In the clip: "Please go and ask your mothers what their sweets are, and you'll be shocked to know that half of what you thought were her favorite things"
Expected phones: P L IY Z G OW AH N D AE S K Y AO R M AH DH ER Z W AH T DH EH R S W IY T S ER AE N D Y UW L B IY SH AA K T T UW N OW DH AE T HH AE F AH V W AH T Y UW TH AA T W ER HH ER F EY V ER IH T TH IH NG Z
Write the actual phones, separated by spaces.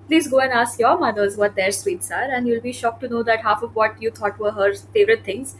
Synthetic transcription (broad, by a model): P L IY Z G OW AH N D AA S K Y AO R M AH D ER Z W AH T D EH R S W IY T S ER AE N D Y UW L B IY SH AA K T T UW N OW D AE T HH AE F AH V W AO T Y UW T AA T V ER HH ER F EY V ER IH T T IH NG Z